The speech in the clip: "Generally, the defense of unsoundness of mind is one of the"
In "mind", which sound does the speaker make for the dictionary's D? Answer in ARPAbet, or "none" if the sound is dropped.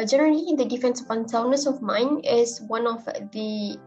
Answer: none